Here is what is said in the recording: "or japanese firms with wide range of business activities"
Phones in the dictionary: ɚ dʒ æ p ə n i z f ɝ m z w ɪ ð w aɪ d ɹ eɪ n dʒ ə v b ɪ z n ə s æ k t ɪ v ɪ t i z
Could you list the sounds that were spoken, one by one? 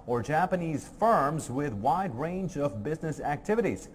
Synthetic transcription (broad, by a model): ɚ dʒ æ p ə n i z f ɝ m z w ɪ ð w aɪ d ɹ eɪ n dʒ ə v b ɪ z n ə s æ k t ɪ v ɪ t i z